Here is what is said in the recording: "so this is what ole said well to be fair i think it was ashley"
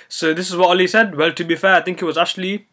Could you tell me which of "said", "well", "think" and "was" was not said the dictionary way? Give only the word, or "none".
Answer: think